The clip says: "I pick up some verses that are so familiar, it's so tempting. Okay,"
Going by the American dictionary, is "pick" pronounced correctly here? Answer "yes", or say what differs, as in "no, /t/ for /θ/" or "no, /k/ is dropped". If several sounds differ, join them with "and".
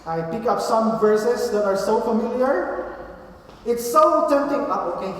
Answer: yes